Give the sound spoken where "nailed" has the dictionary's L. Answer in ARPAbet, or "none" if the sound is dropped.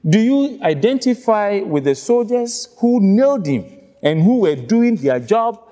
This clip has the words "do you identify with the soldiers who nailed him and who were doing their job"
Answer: L